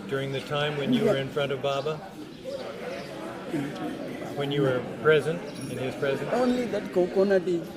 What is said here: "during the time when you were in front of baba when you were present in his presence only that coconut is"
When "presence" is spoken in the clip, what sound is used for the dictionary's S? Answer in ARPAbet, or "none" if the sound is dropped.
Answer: none